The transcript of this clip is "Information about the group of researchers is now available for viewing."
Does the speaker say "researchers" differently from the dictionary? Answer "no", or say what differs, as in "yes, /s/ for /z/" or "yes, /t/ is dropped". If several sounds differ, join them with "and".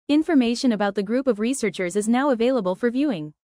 no